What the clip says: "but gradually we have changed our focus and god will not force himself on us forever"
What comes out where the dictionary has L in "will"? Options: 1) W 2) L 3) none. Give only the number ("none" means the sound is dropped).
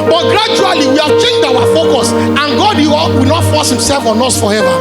1